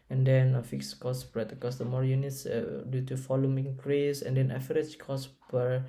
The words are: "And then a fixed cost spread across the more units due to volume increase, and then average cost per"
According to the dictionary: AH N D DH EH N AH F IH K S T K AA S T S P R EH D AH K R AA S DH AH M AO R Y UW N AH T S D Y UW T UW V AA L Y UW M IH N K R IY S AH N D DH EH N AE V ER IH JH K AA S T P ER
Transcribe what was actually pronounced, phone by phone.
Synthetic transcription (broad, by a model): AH N D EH N AH F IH K S K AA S S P R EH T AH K AA S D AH M AO R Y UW N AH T S D Y UW T UW F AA L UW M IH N K R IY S AH N D EH N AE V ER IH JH K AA S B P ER